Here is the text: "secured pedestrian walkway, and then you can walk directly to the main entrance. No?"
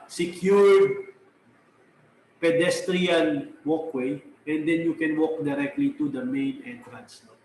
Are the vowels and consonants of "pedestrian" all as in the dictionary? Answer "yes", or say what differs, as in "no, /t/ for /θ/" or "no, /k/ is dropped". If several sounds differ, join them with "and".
yes